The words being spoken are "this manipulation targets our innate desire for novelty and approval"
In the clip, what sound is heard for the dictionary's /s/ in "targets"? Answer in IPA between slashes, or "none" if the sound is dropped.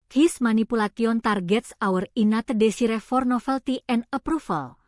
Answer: /s/